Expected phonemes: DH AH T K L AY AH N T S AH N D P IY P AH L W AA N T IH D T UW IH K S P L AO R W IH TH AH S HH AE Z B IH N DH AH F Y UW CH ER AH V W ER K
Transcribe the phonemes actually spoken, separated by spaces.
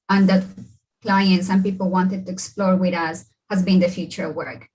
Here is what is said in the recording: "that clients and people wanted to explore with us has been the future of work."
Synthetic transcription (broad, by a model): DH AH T K L AY AH N T S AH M P IY P AH L W AA N T IH D T UW IH K S P L AO R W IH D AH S HH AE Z B IH N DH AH F Y UW CH ER AH V W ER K